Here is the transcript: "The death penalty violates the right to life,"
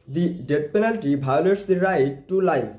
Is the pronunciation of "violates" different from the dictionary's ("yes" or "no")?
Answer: yes